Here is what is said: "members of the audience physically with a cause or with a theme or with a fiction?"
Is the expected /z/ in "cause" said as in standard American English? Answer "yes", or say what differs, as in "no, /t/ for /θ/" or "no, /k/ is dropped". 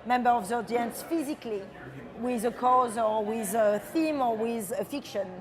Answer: yes